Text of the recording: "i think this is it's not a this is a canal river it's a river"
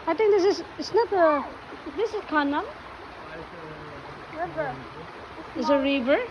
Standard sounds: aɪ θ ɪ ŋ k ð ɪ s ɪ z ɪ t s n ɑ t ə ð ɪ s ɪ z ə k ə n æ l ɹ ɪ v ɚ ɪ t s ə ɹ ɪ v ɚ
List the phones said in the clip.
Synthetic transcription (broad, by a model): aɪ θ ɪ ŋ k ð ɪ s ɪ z ɪ t s n ɑ t ə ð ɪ s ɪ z k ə n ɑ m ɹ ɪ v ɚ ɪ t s ə ɹ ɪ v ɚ